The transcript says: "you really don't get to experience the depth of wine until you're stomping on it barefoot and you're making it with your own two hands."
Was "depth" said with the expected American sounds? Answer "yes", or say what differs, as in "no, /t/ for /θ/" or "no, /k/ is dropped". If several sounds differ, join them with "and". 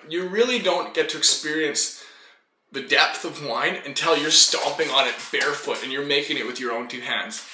yes